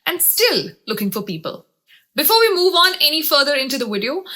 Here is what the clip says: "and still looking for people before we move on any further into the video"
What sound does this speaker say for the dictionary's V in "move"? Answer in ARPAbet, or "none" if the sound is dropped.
V